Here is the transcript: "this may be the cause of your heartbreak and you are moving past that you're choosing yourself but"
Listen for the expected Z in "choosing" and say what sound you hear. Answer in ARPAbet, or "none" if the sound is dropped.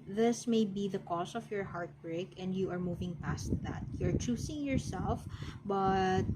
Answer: S